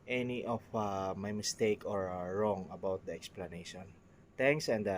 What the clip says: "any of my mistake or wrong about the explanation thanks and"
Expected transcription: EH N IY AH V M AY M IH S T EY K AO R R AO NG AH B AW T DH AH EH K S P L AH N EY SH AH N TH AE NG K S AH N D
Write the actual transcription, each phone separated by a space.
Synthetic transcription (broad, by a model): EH N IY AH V M AY M IH S T EY K AO R R AO NG AH B AW T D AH EH K S P L AH N EY SH AH N T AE NG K S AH N D